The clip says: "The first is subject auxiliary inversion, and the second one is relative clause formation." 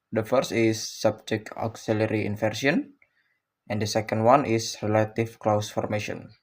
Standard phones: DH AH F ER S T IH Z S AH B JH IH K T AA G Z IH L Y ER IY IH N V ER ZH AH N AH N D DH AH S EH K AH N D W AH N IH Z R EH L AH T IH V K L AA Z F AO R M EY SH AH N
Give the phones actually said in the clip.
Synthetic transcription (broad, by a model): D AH F ER S T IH S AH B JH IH K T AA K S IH L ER IY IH N F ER S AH N AH N D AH S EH K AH N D W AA N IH S R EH L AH T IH F K L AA S F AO R M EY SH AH N